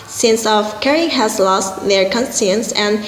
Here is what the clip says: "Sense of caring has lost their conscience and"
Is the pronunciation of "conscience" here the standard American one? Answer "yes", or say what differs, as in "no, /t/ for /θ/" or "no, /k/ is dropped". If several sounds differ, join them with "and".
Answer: no, /s/ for /ʃ/